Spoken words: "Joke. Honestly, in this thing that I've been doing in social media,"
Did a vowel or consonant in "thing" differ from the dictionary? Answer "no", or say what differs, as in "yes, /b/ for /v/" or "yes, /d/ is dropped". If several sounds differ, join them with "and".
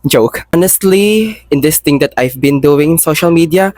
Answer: yes, /t/ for /θ/